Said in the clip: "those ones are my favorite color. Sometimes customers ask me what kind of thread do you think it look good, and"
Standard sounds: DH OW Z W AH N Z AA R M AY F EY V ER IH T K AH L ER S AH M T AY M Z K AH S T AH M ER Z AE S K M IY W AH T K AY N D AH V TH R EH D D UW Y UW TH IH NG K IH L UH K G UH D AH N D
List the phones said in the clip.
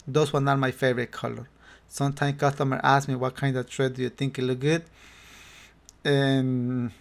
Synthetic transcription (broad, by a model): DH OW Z W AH N AA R M AY F EY V ER IH T K AH L ER S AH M T AY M K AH S T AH M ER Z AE S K M IY W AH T K AY N D AH V T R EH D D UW Y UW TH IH NG K IH L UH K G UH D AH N